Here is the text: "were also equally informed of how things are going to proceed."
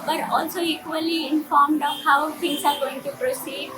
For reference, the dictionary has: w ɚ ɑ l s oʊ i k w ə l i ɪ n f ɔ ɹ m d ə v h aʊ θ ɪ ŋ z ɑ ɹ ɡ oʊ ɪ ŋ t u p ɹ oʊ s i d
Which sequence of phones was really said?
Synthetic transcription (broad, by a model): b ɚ ɑ l s oʊ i k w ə l i ɪ n f ɔ ɹ m d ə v h aʊ t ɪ ŋ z ɑ ɹ ɡ oʊ ɪ ŋ t u p ɹ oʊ s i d